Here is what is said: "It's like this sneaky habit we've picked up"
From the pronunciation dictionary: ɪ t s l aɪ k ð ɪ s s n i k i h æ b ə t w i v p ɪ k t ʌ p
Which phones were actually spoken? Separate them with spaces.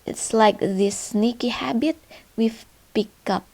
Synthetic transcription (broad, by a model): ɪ t s l aɪ k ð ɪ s s n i k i h æ b ə t w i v p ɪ k ʌ p